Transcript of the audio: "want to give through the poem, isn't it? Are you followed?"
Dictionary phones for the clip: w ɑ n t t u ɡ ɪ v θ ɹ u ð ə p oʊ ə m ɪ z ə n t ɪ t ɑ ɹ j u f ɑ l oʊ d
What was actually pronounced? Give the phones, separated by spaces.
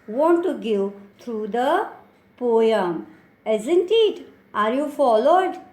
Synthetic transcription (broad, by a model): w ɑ n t t u ɡ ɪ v t ɹ u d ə p oʊ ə m ɪ z ə n t ɪ t ɑ ɹ j u f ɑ l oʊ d